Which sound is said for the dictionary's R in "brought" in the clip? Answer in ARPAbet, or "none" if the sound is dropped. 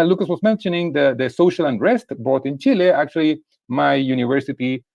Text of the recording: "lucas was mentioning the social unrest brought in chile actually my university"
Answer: none